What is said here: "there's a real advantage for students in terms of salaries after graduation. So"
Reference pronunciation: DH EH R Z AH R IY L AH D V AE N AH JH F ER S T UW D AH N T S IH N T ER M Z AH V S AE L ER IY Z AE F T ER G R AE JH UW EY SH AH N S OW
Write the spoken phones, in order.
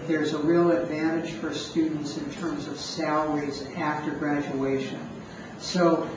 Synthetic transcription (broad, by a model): DH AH R Z AH R IY L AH D V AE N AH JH F ER S T UW D N T S IH N T ER M Z AH V S AE L ER IY Z AE F T ER G R AE JH UW EY SH AH N S OW